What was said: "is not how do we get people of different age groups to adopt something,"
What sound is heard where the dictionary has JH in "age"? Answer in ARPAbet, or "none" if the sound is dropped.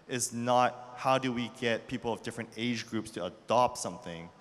JH